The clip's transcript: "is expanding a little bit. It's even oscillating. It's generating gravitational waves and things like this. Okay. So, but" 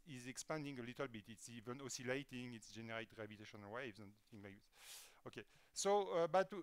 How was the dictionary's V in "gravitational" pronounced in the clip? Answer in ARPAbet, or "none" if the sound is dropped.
B